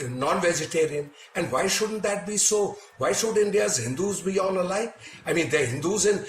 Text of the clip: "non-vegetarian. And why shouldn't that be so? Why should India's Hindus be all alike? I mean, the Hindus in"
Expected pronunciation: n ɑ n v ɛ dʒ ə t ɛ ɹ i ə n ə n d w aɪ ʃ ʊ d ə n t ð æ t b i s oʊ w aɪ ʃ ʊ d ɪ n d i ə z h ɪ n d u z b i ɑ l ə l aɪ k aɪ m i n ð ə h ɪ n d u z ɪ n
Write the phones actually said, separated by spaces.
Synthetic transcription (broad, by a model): n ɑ n v ɛ dʒ ə t ɛ ɹ i ə n ə n d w aɪ ʃ ʊ d ə n t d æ t b i s oʊ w aɪ ʃ ʊ d ɪ n d i ə z h ɪ n d u z b i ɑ n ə l aɪ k aɪ m i n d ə h ɪ n d u z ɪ n